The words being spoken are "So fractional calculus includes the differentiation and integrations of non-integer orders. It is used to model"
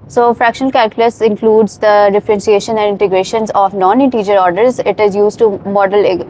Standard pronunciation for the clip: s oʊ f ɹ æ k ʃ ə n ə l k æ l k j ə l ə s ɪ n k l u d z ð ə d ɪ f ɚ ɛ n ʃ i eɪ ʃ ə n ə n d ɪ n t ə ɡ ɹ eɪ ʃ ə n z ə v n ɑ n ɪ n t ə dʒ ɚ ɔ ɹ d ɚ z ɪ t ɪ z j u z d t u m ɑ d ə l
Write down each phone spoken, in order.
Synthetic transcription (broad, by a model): s oʊ f ɹ æ k ʃ ə n ə l k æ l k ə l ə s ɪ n k l u d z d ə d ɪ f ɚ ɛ n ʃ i eɪ ʃ ə n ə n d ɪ n t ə ɡ ɹ eɪ ʃ ə n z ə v n ɑ n ɪ n t ə dʒ ɚ ɔ ɹ d ɚ z ɪ t ɪ z j u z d t u m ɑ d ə l